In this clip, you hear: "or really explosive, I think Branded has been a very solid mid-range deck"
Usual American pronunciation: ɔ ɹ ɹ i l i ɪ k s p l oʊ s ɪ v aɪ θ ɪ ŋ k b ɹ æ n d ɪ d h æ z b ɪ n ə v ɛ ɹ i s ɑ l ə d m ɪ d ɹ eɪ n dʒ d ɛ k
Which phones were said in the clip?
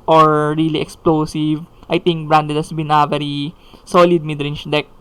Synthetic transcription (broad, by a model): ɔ ɹ ɹ i l i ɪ k s p l oʊ s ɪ v aɪ t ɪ ŋ k b ɹ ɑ n d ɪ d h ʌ s b ɪ n ə v ɛ ɹ i s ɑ l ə d m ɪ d ɹ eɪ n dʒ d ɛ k